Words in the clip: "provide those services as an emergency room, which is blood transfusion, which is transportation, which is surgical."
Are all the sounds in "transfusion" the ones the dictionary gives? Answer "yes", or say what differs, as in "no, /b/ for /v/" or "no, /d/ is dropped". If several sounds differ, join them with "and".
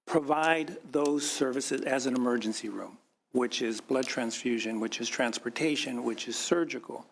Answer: yes